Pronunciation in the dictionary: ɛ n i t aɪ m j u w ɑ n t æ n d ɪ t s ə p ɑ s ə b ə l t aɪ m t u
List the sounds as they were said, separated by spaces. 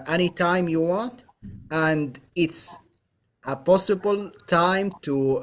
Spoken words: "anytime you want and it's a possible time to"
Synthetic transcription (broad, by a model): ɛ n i t aɪ m j u w ɑ n t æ n d ɪ t s ə p ɑ s ə b ə l t aɪ m t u